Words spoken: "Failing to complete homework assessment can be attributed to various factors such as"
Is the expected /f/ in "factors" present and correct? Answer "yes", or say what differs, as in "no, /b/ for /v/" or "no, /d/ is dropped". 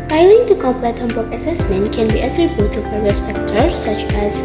no, /p/ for /f/